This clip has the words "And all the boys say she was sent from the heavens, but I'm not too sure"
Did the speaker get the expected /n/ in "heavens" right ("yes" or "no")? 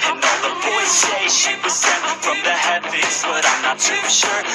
no